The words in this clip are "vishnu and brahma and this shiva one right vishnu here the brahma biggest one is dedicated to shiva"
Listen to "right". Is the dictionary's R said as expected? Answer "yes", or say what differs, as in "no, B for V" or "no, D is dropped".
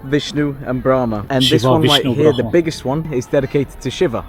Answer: no, L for R